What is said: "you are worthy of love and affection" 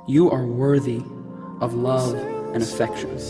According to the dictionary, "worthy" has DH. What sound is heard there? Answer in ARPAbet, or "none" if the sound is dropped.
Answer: DH